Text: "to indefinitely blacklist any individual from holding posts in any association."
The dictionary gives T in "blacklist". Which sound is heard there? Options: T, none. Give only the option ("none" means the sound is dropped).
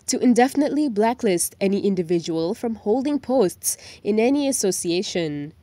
T